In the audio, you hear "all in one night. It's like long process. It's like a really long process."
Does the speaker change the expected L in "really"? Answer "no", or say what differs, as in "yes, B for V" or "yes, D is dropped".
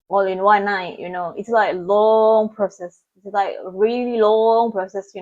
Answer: no